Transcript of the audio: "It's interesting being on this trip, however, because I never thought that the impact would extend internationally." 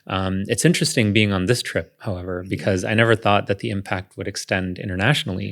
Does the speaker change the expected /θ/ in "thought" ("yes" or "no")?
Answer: no